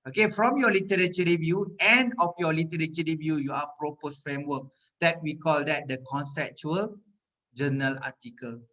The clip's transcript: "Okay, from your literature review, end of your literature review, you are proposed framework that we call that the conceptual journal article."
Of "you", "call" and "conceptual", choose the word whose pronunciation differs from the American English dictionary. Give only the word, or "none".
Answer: none